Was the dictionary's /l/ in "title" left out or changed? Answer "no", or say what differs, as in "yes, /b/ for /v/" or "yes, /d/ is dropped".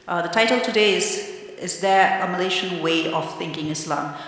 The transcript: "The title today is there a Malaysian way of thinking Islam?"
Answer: no